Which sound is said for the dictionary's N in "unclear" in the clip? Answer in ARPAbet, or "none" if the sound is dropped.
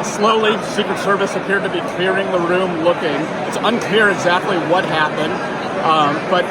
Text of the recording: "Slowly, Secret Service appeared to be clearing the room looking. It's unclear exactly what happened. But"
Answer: N